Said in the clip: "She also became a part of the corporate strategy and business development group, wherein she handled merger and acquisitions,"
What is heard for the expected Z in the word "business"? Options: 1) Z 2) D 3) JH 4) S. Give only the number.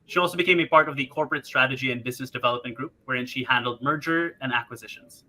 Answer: 1